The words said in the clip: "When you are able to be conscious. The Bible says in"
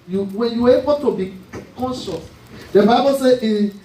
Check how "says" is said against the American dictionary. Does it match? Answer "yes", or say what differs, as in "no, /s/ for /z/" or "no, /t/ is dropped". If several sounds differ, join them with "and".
no, /z/ is dropped